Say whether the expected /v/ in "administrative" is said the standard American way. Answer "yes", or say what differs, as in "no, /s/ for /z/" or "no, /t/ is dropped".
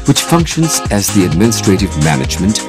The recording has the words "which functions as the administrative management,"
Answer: yes